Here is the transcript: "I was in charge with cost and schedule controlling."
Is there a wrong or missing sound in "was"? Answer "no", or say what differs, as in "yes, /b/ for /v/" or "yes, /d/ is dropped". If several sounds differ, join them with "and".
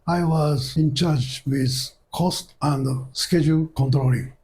no